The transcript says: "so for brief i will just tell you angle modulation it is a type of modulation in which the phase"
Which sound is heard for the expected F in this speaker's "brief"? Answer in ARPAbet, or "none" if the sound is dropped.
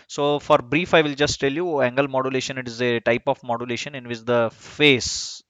F